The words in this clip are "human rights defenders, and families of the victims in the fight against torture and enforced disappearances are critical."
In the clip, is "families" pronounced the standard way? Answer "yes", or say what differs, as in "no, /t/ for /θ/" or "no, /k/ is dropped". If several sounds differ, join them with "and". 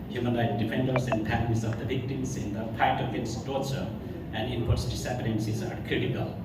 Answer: no, /p/ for /f/